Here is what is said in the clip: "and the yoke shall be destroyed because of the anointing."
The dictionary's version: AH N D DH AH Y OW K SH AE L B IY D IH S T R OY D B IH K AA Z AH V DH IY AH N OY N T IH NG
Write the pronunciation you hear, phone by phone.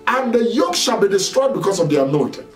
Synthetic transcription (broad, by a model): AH N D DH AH Y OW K SH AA L B IY D IH S T R OY D B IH K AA S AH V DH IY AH N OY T